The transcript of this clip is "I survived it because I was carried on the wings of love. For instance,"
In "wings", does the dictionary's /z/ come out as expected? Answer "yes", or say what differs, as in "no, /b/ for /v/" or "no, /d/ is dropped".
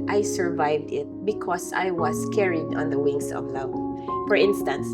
no, /s/ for /z/